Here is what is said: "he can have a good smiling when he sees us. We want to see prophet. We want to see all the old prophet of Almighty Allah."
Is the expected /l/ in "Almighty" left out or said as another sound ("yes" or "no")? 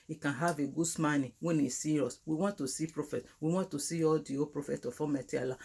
yes